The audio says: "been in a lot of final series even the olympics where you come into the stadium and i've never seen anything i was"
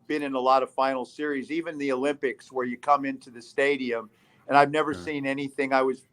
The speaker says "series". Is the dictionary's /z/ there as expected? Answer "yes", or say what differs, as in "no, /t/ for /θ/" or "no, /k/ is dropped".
yes